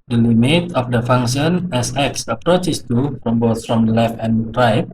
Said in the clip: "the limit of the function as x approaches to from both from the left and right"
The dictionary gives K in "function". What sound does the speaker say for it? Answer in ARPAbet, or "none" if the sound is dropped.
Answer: none